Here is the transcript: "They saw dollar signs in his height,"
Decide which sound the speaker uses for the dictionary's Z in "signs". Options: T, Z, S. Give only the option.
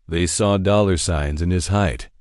Z